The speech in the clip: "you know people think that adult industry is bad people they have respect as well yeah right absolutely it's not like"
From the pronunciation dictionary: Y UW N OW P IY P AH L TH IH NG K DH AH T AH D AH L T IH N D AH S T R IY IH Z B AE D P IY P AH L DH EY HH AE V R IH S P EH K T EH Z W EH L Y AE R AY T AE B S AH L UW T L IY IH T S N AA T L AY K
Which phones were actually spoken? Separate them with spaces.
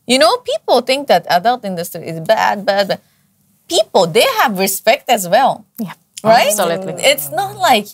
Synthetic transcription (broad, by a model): Y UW N OW P IY P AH L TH IH NG K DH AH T AH D AH L T IH N D AH S T R IY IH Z B AE D B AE P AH L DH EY HH AE V R IH S P EH K T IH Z W EH L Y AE R AY T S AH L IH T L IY IH T S N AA T L AY K